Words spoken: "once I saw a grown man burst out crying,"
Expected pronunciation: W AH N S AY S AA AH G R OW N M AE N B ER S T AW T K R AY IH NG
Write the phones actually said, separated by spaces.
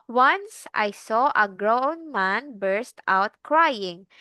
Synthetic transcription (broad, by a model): W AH N S AY S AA AH G R OW N M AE N B ER S T AW T K R AY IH NG